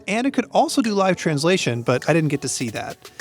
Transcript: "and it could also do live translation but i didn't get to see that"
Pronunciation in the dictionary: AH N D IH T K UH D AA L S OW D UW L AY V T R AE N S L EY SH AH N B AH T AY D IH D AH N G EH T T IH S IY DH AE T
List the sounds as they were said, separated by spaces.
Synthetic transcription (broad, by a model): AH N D IH T K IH D AA L S OW D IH L AY V T R AE N S L EY SH AH N B AH T AY D IH D N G EH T T IH S IY DH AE T